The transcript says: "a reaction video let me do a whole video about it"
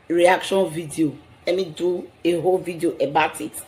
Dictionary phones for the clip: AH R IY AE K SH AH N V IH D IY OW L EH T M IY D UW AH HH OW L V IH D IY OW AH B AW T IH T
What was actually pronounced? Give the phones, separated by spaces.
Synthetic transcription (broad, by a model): R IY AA K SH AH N V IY D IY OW L EH T M IY D UW AH HH OW L V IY D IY OW AH B AW T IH T